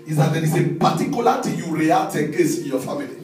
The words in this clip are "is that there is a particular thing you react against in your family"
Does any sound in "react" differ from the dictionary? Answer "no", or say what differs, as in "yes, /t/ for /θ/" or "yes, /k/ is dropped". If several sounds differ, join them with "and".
yes, /k/ is dropped